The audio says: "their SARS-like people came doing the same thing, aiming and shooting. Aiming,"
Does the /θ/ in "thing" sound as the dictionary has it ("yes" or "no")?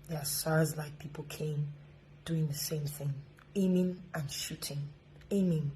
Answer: yes